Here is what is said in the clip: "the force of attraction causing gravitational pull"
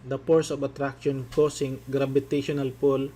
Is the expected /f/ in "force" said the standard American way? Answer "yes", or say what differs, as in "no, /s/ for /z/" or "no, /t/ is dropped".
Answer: no, /p/ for /f/